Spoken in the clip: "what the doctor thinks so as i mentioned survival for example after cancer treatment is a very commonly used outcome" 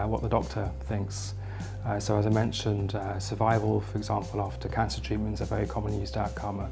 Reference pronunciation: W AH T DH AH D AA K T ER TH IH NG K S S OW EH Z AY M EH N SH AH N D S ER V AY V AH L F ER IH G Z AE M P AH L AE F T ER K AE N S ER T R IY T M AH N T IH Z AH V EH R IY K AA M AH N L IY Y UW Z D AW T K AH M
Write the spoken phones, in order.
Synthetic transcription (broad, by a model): W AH T DH AH D AA K T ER TH IH NG K S S OW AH Z AY M EH N SH AH N D S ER V AY V AH L F ER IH G Z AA M P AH L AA F T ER K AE N S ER T R IY T M AH N T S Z AH V EH R IY K AA M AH N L Y UW Z D AW T K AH M